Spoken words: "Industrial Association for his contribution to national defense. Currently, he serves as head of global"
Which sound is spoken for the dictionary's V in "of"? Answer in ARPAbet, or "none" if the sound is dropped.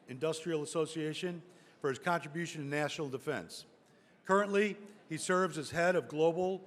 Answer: V